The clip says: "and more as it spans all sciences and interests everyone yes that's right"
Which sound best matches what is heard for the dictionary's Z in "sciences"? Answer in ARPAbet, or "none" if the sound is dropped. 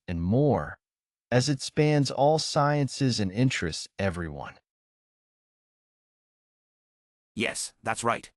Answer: Z